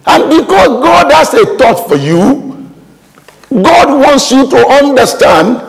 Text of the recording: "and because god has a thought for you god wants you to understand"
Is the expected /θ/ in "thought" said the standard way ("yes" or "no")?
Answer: no